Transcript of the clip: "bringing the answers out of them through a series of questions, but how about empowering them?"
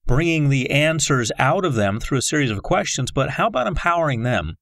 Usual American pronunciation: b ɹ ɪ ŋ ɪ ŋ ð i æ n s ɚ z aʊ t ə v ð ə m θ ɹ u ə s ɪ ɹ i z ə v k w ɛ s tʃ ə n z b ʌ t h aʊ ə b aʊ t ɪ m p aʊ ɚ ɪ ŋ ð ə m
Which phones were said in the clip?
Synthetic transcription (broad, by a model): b ɹ ɪ ŋ ɪ ŋ ð i æ n s ɚ z aʊ t ə v ð ə m θ ɹ u ə s ɪ ɹ i z ə v k w ɛ s tʃ ə n z b ʌ t h aʊ ə b aʊ t ɪ m p aʊ ɚ ɪ ŋ ð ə m